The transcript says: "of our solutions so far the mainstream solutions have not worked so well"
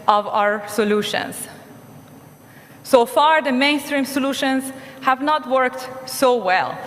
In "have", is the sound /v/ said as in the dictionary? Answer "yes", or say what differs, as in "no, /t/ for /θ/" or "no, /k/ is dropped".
yes